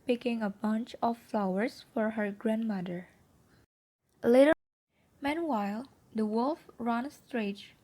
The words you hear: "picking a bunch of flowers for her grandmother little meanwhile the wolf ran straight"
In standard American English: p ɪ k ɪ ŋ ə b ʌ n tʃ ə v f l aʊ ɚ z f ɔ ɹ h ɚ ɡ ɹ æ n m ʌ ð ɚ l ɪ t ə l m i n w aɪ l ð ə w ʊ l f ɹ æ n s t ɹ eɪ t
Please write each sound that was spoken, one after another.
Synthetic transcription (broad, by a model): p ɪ k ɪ ŋ ə b ʌ n tʃ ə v f l aʊ ɚ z f ɔ ɹ h ɚ ɡ ɹ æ n m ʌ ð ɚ l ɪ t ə m i n w aɪ l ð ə w ʊ l f ɹ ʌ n s t ɹ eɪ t